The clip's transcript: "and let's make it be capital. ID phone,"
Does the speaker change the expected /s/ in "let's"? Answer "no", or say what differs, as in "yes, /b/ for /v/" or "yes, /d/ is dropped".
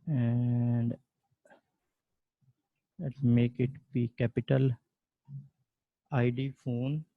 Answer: yes, /s/ is dropped